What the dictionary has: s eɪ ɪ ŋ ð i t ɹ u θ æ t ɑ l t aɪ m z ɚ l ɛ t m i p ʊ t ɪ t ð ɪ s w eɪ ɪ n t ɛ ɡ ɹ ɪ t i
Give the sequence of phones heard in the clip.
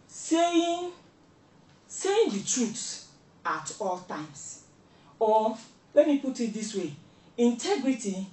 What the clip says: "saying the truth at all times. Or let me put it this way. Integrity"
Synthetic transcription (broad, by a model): s eɪ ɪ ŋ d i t ɹ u s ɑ t ɑ l t aɪ m s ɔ l ɛ t m i p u t ɪ t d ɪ s w eɪ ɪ n t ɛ ɡ ɹ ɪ t i